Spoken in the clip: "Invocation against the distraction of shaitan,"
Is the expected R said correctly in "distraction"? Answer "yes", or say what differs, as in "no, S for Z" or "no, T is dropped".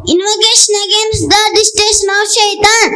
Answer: no, R is dropped